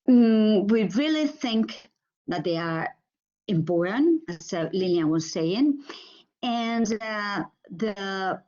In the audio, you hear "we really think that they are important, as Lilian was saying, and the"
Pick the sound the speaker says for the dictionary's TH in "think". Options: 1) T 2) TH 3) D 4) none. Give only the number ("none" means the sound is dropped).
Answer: 2